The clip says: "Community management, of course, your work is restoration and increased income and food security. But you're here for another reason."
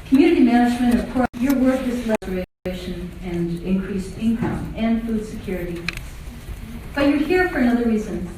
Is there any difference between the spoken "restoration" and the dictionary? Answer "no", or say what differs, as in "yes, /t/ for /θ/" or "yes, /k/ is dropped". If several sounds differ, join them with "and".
yes, /l/ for /ɹ/